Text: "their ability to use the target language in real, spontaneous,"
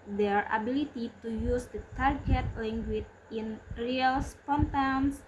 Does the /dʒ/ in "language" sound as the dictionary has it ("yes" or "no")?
no